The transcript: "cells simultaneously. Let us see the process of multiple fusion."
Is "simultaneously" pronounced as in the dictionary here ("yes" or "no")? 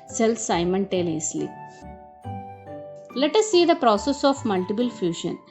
no